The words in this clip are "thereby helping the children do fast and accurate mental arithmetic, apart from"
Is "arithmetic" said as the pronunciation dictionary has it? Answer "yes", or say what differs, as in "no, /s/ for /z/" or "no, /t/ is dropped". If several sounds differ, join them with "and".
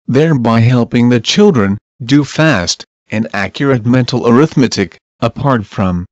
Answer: yes